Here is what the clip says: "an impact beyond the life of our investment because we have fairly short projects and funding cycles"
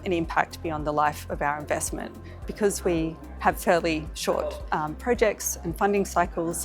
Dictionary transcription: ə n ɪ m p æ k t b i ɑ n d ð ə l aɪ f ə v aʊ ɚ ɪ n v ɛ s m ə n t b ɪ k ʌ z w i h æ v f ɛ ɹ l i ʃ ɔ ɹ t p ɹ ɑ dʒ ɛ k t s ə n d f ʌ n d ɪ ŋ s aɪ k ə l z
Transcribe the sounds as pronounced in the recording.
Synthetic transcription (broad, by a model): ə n ɪ m p æ k t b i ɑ n ð ə l aɪ f ə v aʊ ɚ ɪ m v ɛ s m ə n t b ɪ k ʌ z w i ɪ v f ɛ ɹ l i ʃ ɔ ɹ t p ɹ ɑ dʒ ɛ k t s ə n f ʌ n d ɪ ŋ s aɪ k l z